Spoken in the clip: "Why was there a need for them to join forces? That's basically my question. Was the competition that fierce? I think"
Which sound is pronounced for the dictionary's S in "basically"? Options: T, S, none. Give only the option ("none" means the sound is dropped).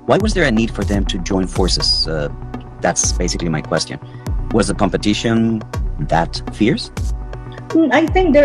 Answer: S